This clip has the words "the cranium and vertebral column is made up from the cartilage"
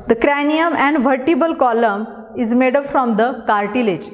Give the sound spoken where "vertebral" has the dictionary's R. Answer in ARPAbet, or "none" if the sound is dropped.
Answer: none